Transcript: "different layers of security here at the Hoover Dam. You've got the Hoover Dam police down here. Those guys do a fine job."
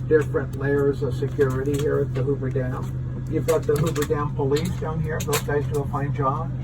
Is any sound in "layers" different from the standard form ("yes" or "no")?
no